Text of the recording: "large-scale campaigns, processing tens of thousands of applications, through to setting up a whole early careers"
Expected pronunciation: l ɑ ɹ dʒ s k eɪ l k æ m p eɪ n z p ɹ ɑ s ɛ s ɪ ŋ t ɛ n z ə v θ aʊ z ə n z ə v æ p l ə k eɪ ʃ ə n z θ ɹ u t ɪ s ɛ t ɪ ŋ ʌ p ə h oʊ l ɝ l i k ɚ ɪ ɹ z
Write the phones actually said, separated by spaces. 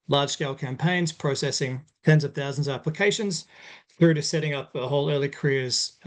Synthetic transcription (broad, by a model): l ɑ ɹ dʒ s k eɪ l k æ m p eɪ n z p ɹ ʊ s ɛ s ɪ ŋ t ɛ n z ə v θ aʊ z n z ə æ p l ə k eɪ ʃ ə n z θ ɹ u t ɪ s ɛ t ɪ ŋ ʌ p ə h oʊ l ɝ l i k ɚ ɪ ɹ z